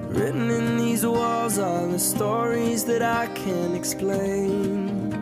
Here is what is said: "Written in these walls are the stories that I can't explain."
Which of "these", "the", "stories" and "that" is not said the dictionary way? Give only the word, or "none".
none